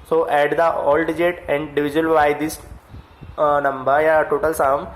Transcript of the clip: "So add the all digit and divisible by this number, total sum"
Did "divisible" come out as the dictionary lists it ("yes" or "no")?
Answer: no